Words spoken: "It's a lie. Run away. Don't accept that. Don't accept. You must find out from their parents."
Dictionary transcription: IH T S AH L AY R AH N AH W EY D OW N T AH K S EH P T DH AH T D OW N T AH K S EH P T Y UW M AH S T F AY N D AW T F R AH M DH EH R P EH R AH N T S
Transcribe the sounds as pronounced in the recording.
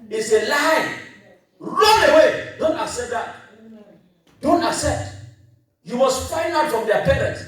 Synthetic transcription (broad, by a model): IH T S AH L AY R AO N AH W EY D OW N T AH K S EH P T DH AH T D OW N T AH K S EH P T Y UW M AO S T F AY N AW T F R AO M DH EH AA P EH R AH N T